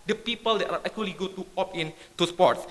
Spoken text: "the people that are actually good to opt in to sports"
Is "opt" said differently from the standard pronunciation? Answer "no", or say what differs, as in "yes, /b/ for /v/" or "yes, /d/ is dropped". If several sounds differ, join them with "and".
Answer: yes, /t/ is dropped